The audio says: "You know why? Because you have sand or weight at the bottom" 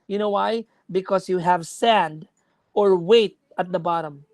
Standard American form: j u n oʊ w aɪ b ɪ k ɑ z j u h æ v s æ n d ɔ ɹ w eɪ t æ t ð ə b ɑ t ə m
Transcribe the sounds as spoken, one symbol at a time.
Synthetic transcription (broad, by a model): j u n oʊ w aɪ b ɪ k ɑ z j u h æ v s æ n d ɔ ɹ w eɪ t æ t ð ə b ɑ t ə m